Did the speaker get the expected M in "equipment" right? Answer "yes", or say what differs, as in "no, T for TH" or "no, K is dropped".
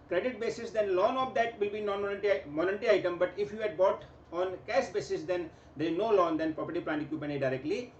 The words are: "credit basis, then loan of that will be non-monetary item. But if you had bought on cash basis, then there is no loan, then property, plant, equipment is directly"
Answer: no, M is dropped